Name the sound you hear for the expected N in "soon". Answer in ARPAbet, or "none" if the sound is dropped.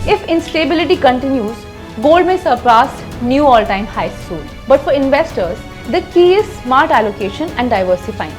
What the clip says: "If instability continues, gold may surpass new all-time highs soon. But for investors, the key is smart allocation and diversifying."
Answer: L